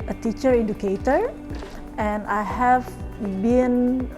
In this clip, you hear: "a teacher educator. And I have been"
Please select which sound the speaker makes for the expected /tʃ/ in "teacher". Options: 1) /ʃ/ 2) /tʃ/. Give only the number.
2